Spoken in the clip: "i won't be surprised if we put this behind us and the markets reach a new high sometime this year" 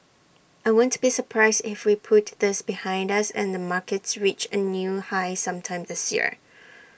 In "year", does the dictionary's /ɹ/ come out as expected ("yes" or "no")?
yes